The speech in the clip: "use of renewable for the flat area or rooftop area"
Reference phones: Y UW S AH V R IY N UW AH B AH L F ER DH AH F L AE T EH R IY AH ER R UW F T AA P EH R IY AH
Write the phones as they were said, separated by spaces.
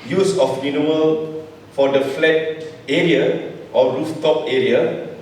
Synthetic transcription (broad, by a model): Y UW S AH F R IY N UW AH AH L F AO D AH F L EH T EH R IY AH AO R UW F T AA P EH R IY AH